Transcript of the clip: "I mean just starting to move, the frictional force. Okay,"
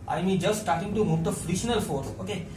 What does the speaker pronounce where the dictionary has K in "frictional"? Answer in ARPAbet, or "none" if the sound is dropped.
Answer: none